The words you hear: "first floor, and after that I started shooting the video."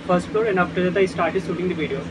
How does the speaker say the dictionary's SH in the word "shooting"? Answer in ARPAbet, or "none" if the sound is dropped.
S